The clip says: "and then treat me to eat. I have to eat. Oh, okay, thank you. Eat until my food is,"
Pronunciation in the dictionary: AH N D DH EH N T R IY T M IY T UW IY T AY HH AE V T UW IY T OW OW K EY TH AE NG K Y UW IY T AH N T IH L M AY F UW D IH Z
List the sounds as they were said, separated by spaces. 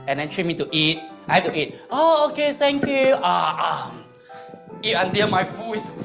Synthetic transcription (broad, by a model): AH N D EH N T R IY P M IY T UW IY T AY HH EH F T UW IY T OW OW K EY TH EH NG K Y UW IY T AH N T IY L M AY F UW IH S